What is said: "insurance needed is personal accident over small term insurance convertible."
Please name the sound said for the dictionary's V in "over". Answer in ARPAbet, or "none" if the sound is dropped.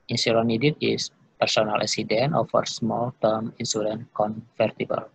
F